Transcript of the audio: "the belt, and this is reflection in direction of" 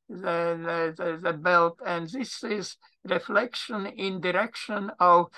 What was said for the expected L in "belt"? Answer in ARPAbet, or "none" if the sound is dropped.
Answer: L